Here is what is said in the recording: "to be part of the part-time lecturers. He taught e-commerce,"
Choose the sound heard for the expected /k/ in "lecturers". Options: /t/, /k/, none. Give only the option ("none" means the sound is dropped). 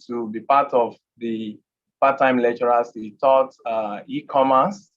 none